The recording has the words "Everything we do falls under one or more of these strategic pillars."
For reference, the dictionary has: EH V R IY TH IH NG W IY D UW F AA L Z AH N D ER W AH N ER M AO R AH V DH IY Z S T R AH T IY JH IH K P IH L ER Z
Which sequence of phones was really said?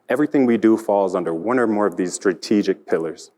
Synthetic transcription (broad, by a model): EH V R IY TH IH NG W IY D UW F AA L Z AH N D ER W AH N ER M AO R AH V DH IY Z S T R AH T IY JH IH K P IH L ER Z